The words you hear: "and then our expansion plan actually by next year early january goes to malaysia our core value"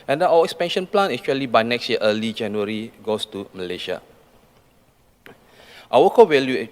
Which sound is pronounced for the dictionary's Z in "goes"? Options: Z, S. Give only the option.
S